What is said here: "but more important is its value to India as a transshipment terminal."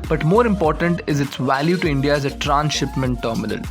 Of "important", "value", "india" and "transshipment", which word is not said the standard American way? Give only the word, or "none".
none